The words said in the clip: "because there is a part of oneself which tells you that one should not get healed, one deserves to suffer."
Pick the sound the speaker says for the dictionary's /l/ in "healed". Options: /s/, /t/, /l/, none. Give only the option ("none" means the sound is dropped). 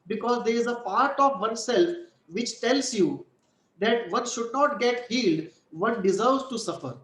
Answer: /l/